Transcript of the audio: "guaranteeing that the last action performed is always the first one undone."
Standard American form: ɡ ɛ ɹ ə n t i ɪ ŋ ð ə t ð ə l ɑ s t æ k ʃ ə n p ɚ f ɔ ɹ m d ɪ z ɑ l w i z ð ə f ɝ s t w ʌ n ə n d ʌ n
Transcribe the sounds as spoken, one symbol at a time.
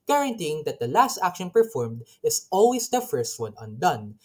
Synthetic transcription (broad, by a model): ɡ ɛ ɹ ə n t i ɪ ŋ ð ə t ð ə l ɑ s t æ k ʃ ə n p ɚ f ɔ ɹ m d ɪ s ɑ l w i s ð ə f ɝ s t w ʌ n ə n d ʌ n